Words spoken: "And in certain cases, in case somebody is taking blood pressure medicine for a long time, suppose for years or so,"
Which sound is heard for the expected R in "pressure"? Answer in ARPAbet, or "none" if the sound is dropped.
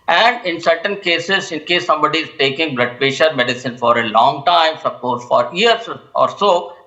none